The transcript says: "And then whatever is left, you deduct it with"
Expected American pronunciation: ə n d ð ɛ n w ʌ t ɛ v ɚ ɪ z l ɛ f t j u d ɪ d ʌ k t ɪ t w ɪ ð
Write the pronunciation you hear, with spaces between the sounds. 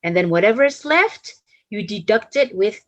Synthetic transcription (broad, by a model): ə n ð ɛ n w ʌ t ɛ v ɚ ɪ s l ɛ f t j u d ɪ d ʌ k t ɪ t w ɪ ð